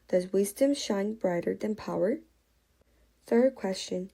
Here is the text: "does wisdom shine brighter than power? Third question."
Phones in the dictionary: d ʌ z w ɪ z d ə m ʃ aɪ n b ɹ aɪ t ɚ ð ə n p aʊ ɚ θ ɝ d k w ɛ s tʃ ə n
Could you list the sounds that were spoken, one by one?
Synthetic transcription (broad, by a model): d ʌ z w ɪ z d ə m ʃ aɪ n b ɹ aɪ t ɚ ð ə n p aʊ ɚ θ ɝ d k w ɛ s tʃ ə n